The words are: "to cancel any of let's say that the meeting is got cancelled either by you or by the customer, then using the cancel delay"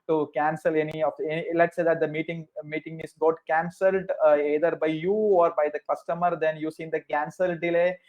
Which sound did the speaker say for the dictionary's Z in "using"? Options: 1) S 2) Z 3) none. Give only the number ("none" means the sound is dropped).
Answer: 1